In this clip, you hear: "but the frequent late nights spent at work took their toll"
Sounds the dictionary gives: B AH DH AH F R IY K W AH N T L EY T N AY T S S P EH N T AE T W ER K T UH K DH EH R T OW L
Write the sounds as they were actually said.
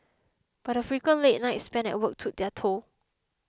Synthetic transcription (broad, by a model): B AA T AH F R IY K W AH N L EY T N AY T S S P EH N EH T W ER K T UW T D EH T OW